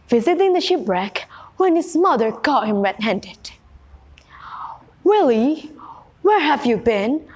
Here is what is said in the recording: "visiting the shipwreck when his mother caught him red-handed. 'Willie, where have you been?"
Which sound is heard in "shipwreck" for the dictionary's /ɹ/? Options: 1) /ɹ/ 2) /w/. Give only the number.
1